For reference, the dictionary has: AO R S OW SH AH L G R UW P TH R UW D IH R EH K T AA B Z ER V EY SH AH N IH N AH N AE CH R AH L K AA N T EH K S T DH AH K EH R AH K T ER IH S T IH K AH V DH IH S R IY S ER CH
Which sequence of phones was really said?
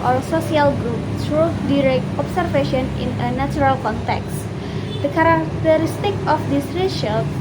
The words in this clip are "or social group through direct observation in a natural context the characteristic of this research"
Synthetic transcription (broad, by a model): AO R S OW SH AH L G R UW P S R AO D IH R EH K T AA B S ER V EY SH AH N IH N AH N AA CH R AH L K AA N T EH K S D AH K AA R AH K T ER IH S T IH K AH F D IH S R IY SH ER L